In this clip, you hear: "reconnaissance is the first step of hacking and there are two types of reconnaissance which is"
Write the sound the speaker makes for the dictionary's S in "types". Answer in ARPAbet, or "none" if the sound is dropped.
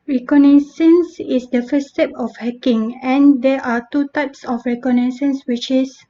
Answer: S